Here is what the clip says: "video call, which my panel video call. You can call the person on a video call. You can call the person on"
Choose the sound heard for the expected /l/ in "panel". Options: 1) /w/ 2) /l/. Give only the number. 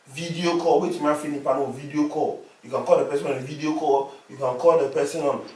1